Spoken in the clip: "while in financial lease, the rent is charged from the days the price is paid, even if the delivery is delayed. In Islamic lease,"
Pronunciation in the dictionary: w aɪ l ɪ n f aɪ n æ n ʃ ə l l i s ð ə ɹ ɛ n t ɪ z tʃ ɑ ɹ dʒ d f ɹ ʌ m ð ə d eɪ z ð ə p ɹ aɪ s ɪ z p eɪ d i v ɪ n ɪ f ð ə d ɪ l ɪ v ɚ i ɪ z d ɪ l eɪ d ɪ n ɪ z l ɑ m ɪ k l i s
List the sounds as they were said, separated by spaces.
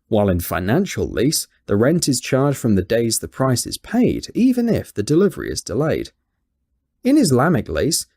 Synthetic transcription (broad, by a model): w aɪ l ɪ n f aɪ n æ n ʃ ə l l i s ð ə ɹ ɛ n t ɪ z tʃ ɑ ɹ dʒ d f ɹ ʌ m ð ə d eɪ z ð ə p ɹ aɪ s ɪ z p eɪ d i v ɪ n ɪ f ð ə d ɪ l ɪ v ɚ i ɪ z d ɪ l eɪ d ɪ n ɪ z l ɑ m ɪ k l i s